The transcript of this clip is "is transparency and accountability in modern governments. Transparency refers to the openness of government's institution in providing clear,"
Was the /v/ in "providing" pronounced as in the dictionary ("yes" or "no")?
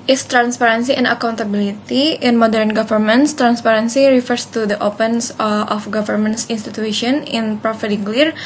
no